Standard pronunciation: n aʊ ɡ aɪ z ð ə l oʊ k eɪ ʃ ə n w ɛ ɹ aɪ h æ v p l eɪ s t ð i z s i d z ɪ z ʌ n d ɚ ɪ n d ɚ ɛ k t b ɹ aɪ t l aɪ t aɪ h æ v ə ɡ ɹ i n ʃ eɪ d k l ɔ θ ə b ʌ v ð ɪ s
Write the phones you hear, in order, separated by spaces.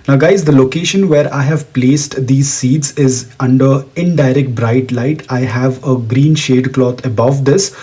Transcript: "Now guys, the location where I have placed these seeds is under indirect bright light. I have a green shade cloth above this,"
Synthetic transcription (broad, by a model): n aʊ ɡ aɪ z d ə l oʊ k eɪ ʃ ə n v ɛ ɹ aɪ h æ v p l eɪ s t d i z s i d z ɪ z ʌ n d ɚ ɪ n d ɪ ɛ k t b ɹ aɪ t l aɪ t aɪ h æ v ə ɡ ɹ i n ʃ eɪ d k l ɔ t ə b ʌ v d ɪ s